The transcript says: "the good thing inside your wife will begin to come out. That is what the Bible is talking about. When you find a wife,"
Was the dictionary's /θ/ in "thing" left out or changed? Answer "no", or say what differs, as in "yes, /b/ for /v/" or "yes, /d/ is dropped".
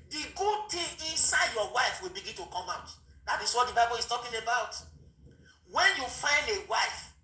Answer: yes, /t/ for /θ/